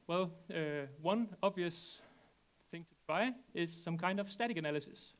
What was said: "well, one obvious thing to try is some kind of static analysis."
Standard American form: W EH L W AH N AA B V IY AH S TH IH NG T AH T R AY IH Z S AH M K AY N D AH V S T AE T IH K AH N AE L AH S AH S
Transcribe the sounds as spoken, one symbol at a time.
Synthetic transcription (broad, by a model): W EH L W AH N AA B V IY AH S TH IH NG T AH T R AY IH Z S AH M K AY N D AH V S T AE T IH K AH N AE L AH S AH S